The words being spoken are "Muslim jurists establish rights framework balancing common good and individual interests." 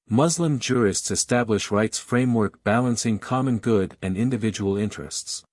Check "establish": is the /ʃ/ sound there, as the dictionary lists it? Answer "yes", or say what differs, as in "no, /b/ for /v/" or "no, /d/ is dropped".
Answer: yes